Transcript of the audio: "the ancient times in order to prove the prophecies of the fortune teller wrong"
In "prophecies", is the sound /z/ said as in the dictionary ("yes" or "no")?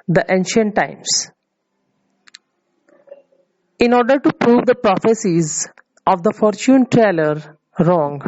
yes